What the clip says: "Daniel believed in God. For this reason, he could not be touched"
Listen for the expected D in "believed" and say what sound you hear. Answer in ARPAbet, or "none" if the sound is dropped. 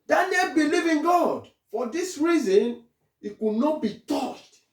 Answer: none